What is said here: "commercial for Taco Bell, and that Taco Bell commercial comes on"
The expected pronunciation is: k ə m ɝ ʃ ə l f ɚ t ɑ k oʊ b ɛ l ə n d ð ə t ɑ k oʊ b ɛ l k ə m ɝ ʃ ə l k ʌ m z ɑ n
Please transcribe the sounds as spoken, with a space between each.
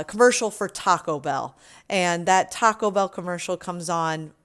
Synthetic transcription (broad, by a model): k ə m ɝ ʃ l f ɚ t ɑ k oʊ b ɛ l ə n ð ə t ɑ k oʊ b ɛ l k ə m ɝ ʃ l k ʌ m z n